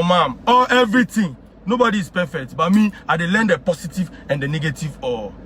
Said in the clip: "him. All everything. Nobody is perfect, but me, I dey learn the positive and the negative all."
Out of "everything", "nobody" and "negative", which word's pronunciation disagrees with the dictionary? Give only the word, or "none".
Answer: everything